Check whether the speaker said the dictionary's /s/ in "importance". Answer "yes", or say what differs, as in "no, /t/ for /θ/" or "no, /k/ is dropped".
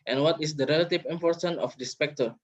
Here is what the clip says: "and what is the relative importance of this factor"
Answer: no, /s/ is dropped